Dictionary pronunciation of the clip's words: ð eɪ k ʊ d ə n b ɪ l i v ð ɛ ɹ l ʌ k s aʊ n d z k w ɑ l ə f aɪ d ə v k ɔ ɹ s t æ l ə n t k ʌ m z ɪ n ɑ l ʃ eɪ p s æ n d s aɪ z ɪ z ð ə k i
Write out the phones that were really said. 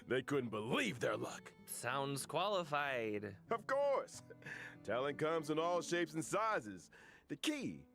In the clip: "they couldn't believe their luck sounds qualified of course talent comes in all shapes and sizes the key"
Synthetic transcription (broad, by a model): ð eɪ k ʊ d n b ɪ l i v ð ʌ ɹ l ʌ k s aʊ n d z k w ɑ l ə f aɪ d ə v k ɔ ɹ s t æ l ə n k ʌ m z ɪ n ɑ l ʃ eɪ p s n s aɪ z ɪ z ð ə k i